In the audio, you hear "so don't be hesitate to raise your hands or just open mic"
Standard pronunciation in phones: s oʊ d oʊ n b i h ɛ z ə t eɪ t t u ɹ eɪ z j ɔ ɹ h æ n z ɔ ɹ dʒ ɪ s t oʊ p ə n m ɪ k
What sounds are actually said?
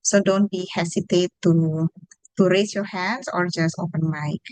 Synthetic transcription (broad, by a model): s oʊ d oʊ n b i h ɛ s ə t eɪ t t u ɹ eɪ s j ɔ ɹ h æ n s ɔ ɹ dʒ ɪ s t oʊ p ə n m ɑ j